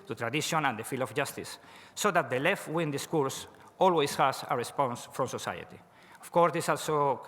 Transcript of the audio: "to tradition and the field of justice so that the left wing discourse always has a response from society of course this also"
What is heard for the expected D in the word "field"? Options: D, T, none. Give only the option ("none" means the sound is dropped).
none